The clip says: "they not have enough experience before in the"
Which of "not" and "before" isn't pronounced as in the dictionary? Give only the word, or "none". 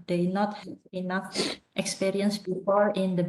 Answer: none